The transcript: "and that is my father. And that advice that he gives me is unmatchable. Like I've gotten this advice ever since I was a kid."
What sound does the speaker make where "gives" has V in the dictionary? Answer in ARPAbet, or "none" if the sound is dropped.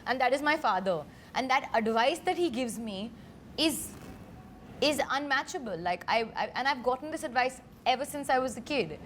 V